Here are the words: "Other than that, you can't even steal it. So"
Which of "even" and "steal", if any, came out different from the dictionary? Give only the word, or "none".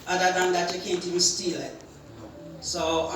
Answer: even